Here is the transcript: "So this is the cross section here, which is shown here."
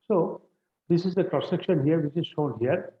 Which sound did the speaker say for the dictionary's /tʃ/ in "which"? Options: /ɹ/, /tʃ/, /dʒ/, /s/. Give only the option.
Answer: /s/